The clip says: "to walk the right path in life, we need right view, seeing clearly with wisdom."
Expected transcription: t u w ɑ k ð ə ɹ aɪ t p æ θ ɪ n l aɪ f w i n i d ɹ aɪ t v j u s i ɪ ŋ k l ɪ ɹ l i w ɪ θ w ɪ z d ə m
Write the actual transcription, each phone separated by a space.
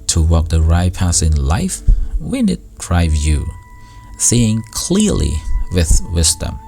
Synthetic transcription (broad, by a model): t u w ɑ k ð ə ɹ aɪ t p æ s ɪ n l aɪ f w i n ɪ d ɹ aɪ v j u s i ɪ ŋ k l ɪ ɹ l i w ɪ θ w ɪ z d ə m